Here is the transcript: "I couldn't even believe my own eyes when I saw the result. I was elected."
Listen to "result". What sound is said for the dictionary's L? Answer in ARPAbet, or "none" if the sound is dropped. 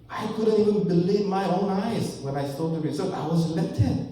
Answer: none